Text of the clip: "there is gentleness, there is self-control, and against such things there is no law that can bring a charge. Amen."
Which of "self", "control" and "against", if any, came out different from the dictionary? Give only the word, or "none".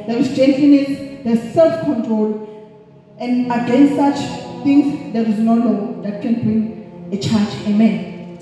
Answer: none